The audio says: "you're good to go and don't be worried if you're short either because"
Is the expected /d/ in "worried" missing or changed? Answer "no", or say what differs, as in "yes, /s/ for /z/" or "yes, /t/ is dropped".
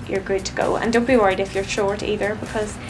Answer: no